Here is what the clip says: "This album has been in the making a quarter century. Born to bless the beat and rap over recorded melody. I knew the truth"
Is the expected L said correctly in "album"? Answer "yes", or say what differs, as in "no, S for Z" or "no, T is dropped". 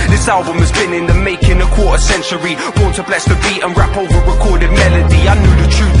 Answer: yes